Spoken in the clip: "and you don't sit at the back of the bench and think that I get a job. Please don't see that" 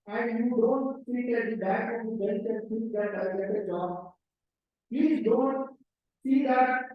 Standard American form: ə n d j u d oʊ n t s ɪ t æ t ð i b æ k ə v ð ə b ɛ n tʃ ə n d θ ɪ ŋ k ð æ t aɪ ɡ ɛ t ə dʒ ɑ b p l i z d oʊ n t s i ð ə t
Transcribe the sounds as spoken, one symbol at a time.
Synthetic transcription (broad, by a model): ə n d j u d oʊ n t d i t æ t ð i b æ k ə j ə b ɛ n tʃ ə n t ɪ k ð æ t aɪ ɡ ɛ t ə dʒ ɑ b p l i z d oʊ n t s i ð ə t